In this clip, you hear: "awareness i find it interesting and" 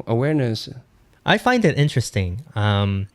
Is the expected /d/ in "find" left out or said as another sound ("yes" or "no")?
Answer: no